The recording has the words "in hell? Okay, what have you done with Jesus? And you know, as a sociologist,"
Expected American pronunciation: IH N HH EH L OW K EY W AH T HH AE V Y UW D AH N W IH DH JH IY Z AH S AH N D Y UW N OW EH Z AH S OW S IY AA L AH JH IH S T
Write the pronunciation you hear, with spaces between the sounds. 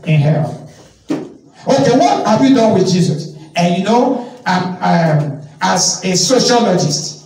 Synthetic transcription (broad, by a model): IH N HH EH N OW K EY W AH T HH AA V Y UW D AH N W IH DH JH IY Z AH S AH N Y UW N OW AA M AH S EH S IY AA L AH JH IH S T